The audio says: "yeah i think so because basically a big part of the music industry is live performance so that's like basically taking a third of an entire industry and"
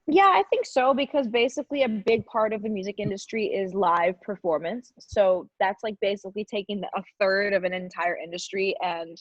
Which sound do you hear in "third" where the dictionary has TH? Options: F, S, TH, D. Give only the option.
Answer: TH